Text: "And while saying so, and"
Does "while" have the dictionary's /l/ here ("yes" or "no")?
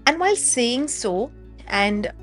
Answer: yes